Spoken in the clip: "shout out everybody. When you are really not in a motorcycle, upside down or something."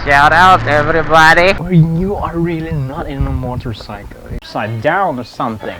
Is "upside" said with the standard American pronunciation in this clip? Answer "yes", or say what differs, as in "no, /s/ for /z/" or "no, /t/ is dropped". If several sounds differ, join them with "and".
no, /p/ is dropped